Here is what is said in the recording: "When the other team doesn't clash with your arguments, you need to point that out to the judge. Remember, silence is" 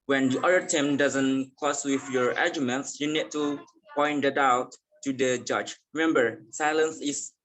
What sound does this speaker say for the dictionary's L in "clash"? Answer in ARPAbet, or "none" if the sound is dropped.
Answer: none